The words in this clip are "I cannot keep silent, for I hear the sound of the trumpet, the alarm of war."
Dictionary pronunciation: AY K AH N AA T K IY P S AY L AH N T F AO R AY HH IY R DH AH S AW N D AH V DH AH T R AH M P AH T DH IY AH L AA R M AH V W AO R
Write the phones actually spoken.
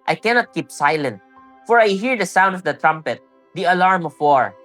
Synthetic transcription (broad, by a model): AY K AH N AA T K IY P S AY L AH N T F AO R AY HH IY R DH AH S AW N D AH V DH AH T R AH M P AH T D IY AH L AA R M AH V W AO R